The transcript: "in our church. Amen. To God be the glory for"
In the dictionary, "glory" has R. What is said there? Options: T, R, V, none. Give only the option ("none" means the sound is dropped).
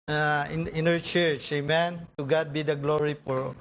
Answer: R